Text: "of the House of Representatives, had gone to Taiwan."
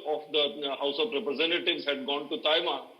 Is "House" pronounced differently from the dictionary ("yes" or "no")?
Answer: no